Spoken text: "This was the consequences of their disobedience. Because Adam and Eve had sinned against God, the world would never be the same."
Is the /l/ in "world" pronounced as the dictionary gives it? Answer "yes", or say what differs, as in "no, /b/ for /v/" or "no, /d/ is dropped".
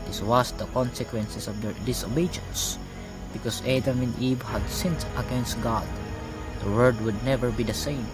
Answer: no, /l/ is dropped